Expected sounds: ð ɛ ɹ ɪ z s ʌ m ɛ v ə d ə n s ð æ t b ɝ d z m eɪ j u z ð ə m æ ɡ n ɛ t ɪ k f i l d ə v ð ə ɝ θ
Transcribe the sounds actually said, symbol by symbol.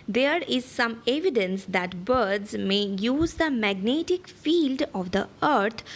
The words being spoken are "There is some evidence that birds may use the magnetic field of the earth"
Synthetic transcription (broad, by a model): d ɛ ɹ ɪ z s ʌ m ɛ v ə d ə n s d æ t b ɝ d z m eɪ j u z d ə m æ ɡ n ɛ t ɪ k f i l d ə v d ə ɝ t